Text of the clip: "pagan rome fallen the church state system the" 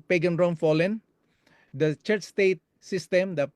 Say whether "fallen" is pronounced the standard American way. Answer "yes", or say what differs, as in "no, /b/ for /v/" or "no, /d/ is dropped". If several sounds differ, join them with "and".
yes